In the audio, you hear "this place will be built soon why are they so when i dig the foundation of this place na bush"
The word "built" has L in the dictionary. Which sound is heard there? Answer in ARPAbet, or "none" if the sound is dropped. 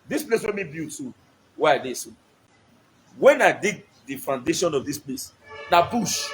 none